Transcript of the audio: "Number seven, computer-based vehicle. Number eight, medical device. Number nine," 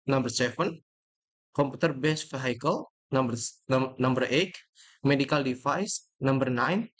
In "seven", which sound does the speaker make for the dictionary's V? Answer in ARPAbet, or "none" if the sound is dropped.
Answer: F